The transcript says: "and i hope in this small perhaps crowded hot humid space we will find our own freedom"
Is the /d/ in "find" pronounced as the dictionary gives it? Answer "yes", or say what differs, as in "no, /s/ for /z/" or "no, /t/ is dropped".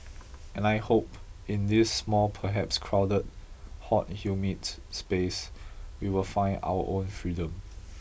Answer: no, /d/ is dropped